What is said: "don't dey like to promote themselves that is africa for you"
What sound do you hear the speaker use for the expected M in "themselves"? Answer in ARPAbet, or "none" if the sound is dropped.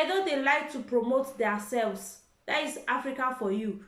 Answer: none